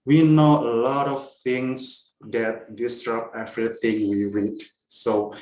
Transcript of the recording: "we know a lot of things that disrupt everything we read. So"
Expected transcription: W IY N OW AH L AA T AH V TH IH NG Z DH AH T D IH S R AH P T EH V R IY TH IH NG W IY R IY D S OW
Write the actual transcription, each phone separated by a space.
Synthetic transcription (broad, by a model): W IY N OW AH L AA T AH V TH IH NG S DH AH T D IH S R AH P EH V R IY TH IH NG W IY R IY D S OW